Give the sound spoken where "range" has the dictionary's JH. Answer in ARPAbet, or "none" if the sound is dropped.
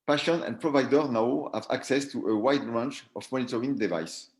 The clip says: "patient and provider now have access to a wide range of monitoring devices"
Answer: CH